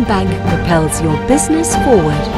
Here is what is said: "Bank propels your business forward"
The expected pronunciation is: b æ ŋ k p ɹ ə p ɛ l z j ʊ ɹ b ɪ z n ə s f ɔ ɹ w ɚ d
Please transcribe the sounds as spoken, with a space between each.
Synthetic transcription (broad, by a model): b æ ŋ k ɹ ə p ɛ l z j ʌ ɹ b ɪ z n ə s f ɔ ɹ w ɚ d